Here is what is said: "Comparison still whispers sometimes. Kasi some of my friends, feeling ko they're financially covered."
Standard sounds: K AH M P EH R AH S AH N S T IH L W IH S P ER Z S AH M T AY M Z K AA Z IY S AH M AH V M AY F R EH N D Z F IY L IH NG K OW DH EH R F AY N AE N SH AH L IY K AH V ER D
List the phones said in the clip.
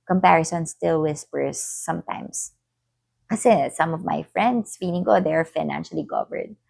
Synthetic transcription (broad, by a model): K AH M P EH R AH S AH N S T IH L W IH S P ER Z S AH M T AY M S K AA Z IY S AH M AH V M AY F R EH N D S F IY N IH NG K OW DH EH R F AY N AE N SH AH L IY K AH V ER D